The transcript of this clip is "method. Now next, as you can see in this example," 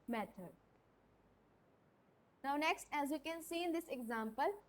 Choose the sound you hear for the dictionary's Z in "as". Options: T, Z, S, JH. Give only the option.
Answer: Z